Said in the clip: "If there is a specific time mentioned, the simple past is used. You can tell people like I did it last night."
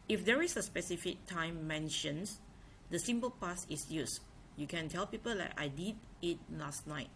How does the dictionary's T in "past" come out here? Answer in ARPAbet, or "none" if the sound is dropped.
none